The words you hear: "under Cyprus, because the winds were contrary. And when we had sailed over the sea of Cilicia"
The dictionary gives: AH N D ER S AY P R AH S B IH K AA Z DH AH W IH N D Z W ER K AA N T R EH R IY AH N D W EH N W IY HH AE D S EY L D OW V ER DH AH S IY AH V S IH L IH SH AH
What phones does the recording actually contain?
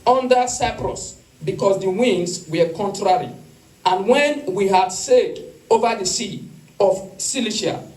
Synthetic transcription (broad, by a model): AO N D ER S AY P R AH S B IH K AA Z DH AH W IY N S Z W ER K AA N T R EH R IY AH N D W EH N W IY HH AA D S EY D OW V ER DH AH S IY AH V S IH L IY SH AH